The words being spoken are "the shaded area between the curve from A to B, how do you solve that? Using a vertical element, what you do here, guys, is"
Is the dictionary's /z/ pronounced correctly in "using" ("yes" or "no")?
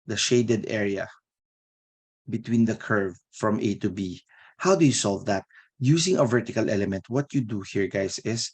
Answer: no